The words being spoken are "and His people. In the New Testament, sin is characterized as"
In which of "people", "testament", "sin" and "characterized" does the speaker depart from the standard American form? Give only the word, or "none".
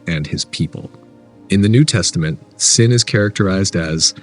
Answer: none